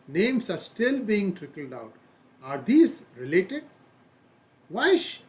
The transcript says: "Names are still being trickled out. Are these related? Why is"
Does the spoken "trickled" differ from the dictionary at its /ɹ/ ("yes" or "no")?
no